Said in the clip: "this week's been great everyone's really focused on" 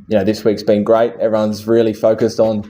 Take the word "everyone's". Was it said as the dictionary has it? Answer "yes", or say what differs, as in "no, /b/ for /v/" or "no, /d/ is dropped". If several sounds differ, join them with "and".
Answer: yes